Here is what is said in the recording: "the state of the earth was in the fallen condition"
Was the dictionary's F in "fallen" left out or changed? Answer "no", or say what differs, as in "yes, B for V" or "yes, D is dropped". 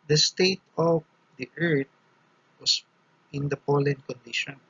yes, P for F